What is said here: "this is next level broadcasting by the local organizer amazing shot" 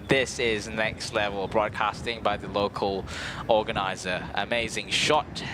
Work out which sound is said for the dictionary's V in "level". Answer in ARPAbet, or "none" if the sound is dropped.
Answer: V